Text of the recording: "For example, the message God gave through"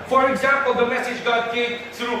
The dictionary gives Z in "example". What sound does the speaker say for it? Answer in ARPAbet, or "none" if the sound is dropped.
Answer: Z